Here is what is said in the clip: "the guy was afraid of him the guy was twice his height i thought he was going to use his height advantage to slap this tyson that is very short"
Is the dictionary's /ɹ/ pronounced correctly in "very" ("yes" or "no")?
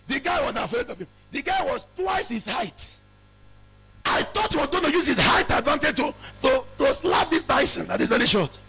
no